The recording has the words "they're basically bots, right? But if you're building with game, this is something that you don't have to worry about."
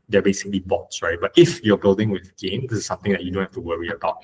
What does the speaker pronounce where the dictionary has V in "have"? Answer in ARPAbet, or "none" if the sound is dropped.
F